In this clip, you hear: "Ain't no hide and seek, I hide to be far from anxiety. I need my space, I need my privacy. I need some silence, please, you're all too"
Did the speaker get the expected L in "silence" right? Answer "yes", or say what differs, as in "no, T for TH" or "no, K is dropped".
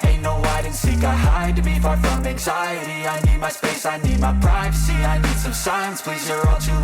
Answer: no, L is dropped